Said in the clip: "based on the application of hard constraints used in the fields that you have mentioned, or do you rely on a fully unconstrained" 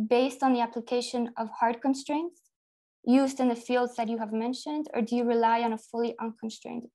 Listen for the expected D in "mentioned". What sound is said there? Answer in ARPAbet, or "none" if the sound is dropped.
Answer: D